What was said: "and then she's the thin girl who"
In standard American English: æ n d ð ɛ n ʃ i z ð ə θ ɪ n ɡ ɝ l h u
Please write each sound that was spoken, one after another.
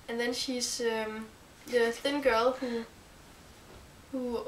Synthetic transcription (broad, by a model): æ n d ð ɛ n ʃ i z ð ə θ ɪ n ɡ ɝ l h u